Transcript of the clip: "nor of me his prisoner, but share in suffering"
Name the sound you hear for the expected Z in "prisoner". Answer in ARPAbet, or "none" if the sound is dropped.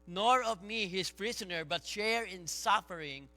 S